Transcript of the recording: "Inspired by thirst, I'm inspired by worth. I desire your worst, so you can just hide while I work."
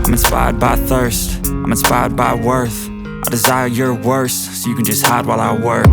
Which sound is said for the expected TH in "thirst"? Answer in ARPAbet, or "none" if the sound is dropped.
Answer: TH